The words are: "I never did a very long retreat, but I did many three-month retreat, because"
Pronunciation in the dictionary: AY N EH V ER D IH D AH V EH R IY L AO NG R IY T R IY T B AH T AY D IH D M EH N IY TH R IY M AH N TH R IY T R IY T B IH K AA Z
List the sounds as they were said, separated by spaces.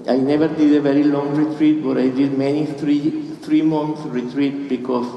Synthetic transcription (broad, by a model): AY N EH V ER D IH D AH V EH R IY L AO NG R IY T R IY T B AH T AY D IH D M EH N IY T R IY M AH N S R IY T R IY T B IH K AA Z